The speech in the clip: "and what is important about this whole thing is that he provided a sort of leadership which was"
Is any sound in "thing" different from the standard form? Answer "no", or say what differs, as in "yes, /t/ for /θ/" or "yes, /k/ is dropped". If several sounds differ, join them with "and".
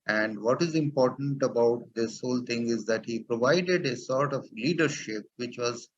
yes, /t/ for /θ/